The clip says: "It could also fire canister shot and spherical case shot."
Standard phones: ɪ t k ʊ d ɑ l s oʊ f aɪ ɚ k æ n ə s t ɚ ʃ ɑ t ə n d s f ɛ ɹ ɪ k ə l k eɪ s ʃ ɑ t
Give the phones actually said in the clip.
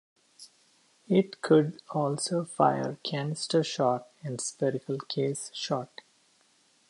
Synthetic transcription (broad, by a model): ɪ t k ʊ d ɑ l s oʊ f aɪ ɚ k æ n s t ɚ ʃ ɑ t ə n d s p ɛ ɹ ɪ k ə l k eɪ s ʃ ɑ t